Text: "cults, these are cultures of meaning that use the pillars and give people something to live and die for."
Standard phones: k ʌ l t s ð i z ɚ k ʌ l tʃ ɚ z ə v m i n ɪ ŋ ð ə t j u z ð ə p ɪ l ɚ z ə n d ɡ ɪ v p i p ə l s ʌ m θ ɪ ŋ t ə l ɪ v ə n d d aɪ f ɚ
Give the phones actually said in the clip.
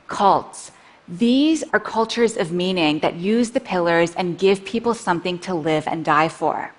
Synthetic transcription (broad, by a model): k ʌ l t s ð i z ɚ k ʌ l tʃ ɚ z ə v m i n ɪ ŋ ð ə t j u z ð ə p ɪ l ɚ z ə n ɡ ɪ v p i p l s ʌ m θ ɪ ŋ t ə l ɪ v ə n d d aɪ f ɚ